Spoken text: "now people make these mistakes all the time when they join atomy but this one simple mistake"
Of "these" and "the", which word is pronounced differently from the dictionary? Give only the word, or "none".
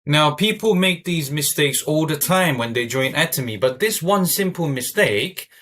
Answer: none